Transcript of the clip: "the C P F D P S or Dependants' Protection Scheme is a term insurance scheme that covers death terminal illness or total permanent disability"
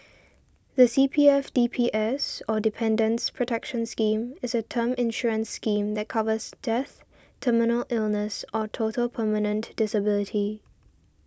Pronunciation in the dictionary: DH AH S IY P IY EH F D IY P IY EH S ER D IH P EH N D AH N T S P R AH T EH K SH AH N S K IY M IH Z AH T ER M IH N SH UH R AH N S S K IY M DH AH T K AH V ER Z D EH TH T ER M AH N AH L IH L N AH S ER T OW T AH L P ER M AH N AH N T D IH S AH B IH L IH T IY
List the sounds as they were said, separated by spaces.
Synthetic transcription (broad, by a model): DH AH S IY P IY EH F D IY P IY EH S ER D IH P EH N D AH N S P R AH T EH K SH AH N S K IY M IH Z AH T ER M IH N SH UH R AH N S S K IY M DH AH T K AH V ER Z D EH TH T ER M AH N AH L IH L N AH S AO T OW T AH L P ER M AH N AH N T D IH S AH B IH L IH T IY